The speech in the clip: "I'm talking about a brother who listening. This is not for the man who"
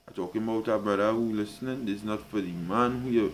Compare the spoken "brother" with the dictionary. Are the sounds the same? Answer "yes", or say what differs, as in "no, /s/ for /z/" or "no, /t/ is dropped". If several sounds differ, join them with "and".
no, /ɹ/ is dropped